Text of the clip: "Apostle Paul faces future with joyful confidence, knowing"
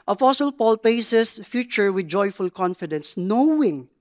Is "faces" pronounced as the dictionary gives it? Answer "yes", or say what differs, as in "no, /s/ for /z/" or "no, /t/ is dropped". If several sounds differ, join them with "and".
no, /p/ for /f/ and /s/ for /z/